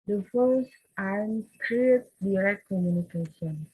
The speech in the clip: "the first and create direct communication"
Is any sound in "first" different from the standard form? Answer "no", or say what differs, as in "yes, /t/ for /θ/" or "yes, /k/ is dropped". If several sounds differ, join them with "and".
yes, /t/ is dropped